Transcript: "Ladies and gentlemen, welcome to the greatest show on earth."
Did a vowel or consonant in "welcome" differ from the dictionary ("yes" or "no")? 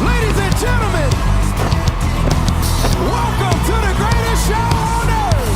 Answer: no